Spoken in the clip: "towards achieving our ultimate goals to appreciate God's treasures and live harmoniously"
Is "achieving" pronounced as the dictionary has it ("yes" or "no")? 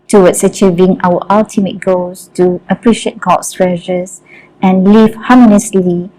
yes